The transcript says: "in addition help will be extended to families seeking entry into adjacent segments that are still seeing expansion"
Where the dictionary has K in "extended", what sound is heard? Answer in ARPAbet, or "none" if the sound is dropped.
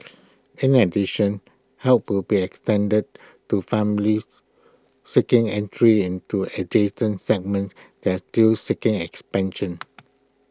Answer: K